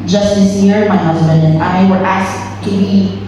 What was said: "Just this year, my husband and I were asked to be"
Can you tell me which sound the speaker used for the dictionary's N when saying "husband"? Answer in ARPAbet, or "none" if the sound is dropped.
N